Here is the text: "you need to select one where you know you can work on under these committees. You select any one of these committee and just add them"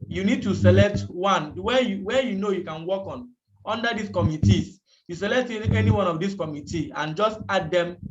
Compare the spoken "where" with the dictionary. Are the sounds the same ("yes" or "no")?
no